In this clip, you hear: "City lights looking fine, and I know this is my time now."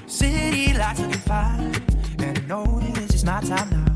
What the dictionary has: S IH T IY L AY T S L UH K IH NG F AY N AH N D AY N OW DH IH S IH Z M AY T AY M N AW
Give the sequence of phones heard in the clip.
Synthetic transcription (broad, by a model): S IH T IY L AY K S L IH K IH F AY AH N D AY N OW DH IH IH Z M AY T AY M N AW